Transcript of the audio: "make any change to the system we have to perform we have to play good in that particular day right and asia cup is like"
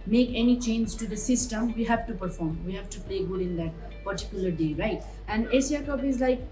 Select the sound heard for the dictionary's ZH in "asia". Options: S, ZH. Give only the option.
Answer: S